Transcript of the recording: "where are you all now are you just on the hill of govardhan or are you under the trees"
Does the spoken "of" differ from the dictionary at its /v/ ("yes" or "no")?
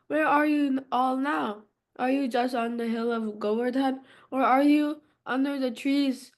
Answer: no